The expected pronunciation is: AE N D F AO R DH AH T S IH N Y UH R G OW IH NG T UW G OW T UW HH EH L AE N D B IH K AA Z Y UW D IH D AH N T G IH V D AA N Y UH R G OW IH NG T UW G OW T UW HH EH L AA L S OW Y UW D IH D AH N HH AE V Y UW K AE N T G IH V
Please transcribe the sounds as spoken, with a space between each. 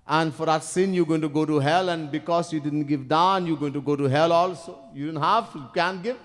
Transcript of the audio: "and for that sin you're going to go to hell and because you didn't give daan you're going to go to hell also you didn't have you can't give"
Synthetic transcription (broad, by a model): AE N D F AO R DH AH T S IH N Y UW G OW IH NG T UW G OW T UW HH EH L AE N D B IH K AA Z Y UW D IH D AH N T G IH V D AA N Y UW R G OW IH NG T UW G OW T UW HH EH L AA L S OW Y UW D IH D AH N HH AE V Y UW K AE N T G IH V